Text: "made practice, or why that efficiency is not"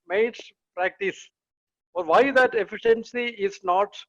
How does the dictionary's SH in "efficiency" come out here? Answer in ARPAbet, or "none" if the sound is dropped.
SH